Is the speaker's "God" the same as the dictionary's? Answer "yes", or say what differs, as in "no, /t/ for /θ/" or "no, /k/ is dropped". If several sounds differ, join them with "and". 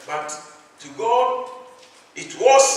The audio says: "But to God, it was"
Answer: no, /d/ is dropped